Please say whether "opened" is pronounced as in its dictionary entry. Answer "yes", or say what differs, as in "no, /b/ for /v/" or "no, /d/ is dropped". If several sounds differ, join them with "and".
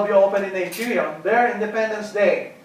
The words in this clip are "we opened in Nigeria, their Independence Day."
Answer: no, /d/ is dropped